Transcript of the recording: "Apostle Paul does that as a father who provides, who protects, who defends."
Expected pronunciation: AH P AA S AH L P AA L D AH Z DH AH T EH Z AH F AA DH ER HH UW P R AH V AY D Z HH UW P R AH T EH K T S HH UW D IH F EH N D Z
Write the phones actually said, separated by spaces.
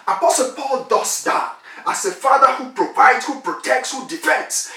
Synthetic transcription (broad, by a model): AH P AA S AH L P AA L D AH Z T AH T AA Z AH F AA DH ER HH UW P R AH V AY D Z HH UW P R AH T EH K T S HH UW D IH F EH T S